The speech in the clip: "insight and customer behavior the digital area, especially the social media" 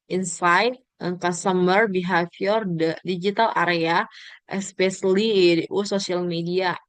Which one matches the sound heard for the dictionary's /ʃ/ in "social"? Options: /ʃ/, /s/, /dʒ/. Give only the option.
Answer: /s/